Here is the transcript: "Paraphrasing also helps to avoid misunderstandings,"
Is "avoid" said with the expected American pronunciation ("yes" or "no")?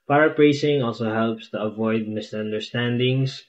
yes